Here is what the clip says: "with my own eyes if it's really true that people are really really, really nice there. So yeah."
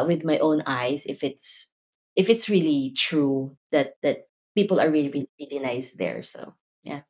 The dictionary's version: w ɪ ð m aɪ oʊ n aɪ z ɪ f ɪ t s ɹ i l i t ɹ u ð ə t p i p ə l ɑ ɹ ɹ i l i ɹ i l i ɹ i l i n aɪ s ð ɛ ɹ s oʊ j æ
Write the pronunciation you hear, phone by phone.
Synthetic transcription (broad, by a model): w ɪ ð m aɪ oʊ n aɪ s ɪ f ɪ t s ɹ i l i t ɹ u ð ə t p i p ə l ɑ ɹ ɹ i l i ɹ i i ɹ i l i n aɪ s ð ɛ ɹ s oʊ j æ